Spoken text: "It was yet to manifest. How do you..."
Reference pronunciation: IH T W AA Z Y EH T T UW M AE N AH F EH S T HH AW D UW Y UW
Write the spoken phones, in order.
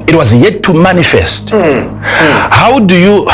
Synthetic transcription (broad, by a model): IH T W AA Z Y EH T T UW M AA N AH F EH S T HH AW D UW Y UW